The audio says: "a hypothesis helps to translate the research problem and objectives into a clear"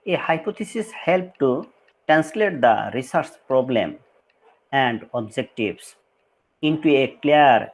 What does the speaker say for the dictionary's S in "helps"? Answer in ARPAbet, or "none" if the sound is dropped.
none